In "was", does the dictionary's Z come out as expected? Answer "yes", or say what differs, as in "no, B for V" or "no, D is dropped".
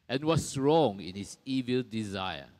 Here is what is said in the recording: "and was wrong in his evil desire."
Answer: no, S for Z